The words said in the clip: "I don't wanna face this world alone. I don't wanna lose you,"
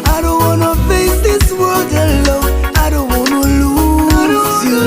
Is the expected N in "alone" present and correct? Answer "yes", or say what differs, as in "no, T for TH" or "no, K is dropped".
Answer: no, N is dropped